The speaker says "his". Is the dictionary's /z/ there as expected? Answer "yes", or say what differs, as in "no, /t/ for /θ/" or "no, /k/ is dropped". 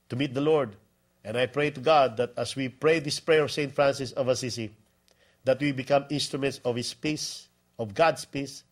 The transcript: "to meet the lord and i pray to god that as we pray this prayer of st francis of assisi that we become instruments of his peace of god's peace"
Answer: no, /s/ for /z/